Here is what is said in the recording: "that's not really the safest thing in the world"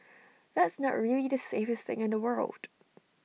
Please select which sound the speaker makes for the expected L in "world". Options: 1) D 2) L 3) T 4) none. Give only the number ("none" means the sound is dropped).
2